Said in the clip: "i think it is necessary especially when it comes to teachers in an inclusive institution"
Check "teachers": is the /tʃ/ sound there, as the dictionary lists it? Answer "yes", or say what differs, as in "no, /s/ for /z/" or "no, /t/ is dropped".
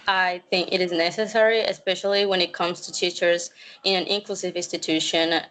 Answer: yes